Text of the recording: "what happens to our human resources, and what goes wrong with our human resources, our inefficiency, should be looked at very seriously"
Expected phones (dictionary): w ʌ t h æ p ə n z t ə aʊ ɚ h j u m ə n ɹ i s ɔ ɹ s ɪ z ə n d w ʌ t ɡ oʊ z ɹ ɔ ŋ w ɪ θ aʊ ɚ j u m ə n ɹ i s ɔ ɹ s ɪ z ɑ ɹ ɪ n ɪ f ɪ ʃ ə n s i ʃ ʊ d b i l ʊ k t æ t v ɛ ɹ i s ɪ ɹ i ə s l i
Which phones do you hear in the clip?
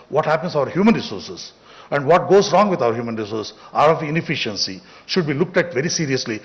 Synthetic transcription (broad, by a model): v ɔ t h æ p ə n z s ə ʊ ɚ h j u m ə n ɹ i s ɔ ɹ s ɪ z ə n d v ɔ t ɡ oʊ z ɹ ɔ ŋ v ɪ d aʊ ɚ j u m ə n ɹ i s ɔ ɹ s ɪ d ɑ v ɪ n ɪ f ɪ ʃ ə n s i ʃ ʊ d b i l ʊ k t æ t v ɛ ɹ i s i ɹ i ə s l i